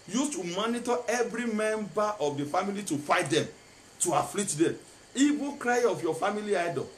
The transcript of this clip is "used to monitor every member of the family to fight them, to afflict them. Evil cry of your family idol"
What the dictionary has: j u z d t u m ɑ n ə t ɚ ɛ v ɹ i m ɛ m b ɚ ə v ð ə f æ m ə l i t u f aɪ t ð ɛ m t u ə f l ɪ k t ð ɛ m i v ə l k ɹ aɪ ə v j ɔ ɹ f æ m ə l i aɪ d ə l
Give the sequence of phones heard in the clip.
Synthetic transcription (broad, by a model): j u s t u m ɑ n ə t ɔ ɛ v ɹ i m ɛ m b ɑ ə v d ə f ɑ m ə l i t u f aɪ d ɛ m t u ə f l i t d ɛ m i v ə k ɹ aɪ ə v j ɔ f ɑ m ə l i aɪ d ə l